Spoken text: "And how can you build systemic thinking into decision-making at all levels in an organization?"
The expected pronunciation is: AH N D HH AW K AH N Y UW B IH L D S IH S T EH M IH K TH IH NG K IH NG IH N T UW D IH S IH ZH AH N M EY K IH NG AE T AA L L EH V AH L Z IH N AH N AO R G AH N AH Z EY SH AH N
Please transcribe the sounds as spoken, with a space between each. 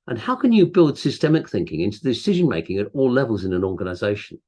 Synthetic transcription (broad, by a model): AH N HH AW K AH N Y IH B IH L D S IH S T EH M IH K TH IH NG K IH NG IH N T UW D IH S IH ZH AH N M EY K IH NG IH T AA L L EH V AH L Z IH N AH N AO R G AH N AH Z EY SH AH N